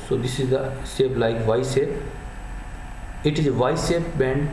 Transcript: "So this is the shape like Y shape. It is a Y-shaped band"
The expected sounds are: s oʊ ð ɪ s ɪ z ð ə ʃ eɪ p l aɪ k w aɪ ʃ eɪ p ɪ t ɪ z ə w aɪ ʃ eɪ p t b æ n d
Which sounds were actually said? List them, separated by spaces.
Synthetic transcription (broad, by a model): s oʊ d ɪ s ɪ z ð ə s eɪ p l aɪ k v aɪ s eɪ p ɪ t ɪ z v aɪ s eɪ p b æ n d